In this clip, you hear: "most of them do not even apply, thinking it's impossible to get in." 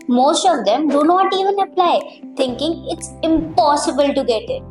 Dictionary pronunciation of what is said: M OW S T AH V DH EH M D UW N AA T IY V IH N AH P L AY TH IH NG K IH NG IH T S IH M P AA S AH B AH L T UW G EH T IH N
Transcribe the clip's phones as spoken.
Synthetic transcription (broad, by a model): M OW S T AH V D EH M D UW N AA T IY V IH N AH P L AY T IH NG K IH NG IH T S IH M P AA S AH B AH L T UW G EH T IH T